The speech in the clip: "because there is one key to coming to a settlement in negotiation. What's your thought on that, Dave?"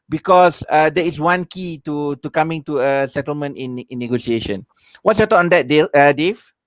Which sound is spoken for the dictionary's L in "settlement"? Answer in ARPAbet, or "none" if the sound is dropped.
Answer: L